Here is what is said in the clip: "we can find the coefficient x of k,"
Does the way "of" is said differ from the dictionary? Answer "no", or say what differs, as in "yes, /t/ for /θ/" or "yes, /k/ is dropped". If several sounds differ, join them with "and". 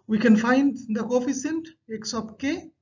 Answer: yes, /p/ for /v/